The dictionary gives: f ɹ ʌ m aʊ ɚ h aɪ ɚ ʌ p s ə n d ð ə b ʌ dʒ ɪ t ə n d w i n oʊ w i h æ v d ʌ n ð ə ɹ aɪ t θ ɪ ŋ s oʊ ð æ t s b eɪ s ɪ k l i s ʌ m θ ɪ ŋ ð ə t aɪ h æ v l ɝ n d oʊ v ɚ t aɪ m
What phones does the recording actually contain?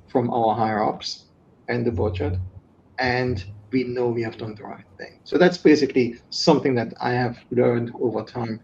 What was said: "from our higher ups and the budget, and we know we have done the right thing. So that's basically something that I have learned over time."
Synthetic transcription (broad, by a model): f ɹ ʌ m aʊ ɚ h aɪ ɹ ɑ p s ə n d ð ə b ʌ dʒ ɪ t ə n d w i n oʊ w i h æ v d ʌ n ð ə ɹ aɪ t θ ɪ ŋ s oʊ ð æ t s b eɪ s ɪ k l i s ʌ m θ ɪ ŋ ð ə t aɪ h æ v l ɝ n d oʊ v ɚ t aɪ m